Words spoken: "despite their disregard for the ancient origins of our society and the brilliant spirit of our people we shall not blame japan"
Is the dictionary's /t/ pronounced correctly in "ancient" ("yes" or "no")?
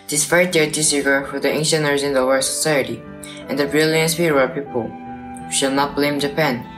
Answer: no